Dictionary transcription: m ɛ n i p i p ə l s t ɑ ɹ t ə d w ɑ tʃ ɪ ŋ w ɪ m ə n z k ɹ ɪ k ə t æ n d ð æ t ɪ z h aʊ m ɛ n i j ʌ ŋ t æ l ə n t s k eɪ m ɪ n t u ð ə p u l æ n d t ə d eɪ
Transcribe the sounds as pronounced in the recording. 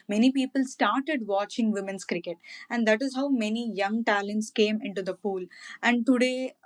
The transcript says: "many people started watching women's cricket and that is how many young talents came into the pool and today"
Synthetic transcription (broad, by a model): m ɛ n i p i p ə l s t ɑ ɹ t ə d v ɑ tʃ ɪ ŋ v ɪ m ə n s k ɹ ɪ k ə t æ n d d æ t ɪ z h aʊ m ɛ n i j ʌ ŋ t æ l ə n t s k eɪ m ɪ n t u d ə p u l æ n d t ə d eɪ